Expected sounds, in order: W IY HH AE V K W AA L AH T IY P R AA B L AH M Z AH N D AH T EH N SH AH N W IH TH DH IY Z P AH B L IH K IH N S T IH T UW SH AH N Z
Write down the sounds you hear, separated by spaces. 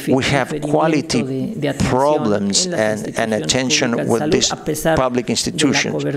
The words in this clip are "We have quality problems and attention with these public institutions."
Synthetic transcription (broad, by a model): W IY HH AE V K W AA L AH T IY P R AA B L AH M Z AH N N AH T EH N SH AH N W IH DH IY S P AH B L IH K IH N S T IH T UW SH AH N